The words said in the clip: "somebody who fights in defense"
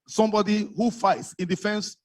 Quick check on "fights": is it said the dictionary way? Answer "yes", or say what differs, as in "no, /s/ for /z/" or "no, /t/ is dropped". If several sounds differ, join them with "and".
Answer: yes